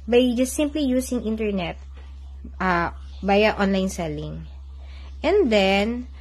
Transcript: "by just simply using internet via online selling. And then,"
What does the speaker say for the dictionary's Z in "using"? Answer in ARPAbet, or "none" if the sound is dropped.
S